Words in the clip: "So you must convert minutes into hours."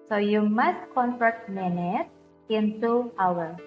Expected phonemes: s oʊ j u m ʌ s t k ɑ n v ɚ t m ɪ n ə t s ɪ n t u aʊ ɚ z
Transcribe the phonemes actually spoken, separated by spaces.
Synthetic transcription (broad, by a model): s oʊ j u m ʌ s t k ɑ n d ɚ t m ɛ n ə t ɪ n t u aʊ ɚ